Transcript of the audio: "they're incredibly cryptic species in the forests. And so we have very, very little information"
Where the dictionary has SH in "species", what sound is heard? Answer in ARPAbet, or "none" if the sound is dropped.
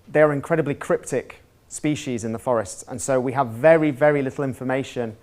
SH